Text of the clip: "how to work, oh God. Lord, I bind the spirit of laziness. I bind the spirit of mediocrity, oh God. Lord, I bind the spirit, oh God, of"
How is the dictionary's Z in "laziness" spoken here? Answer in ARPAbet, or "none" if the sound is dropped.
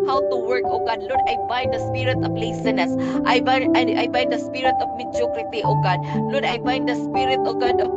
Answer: S